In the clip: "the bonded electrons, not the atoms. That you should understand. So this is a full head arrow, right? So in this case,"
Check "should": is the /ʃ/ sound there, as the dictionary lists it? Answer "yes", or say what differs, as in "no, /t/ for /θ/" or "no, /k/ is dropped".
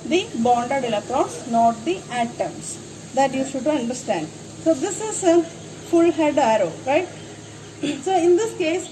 no, /s/ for /ʃ/